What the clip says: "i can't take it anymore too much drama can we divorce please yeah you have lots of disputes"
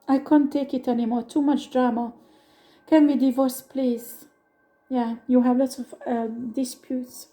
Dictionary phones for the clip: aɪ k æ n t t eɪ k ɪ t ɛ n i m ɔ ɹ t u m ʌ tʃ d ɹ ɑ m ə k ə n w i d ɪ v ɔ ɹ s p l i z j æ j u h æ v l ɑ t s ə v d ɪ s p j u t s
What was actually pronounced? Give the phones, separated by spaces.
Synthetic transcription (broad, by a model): aɪ k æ n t t eɪ k ɪ t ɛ n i m ɔ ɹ t u m ʌ tʃ d ɹ ɑ m ə k ə n w i d ɪ v ɔ ɹ s p l i z j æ j u h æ v l ɑ t s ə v d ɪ s p j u t s